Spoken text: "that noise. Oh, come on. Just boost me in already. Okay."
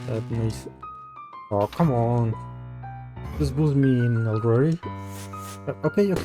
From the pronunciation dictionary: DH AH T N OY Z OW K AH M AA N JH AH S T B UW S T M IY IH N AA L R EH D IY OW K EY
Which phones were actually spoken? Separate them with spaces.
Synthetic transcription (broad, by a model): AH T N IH S OW K AH M AA N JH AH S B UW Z M IY IH N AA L R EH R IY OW K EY